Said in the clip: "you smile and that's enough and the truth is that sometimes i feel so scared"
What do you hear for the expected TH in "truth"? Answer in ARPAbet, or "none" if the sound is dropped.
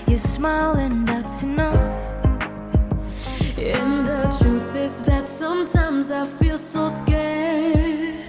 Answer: TH